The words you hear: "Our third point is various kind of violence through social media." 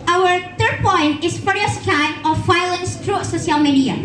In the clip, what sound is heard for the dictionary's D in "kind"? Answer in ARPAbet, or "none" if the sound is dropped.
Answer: none